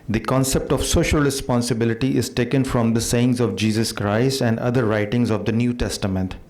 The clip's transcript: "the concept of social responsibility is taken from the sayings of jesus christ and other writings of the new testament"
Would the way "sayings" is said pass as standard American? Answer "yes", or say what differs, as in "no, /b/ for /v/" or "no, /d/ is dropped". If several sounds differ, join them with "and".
yes